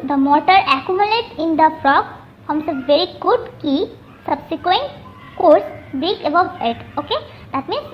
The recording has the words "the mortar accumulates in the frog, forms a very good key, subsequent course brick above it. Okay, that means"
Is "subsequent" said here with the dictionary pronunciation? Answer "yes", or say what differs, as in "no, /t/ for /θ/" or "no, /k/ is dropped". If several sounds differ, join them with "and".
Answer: yes